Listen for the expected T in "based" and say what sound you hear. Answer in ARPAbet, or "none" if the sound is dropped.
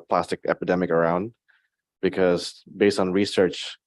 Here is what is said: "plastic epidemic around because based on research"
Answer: T